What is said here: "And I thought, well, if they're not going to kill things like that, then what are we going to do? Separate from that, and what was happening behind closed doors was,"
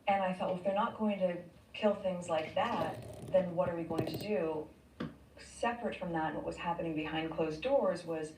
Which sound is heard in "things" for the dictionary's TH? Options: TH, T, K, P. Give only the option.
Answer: TH